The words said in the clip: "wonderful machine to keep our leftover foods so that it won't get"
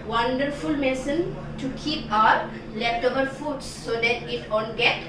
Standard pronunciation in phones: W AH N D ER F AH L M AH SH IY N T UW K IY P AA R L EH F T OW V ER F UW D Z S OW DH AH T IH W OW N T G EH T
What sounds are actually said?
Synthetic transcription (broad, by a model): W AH N D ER F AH L M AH S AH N T UW K IY P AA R L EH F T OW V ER F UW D S OW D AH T IH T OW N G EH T